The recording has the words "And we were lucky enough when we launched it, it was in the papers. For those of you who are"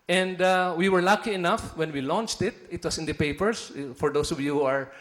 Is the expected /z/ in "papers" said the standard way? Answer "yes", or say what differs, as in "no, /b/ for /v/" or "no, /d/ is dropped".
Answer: no, /s/ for /z/